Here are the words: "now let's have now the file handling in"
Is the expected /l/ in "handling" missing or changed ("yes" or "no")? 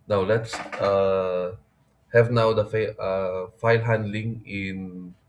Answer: no